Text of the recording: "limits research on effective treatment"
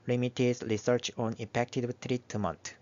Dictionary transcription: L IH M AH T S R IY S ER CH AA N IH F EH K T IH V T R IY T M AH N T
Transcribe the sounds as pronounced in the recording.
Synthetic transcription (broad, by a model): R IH M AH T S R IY S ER CH AA N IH P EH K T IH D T R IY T M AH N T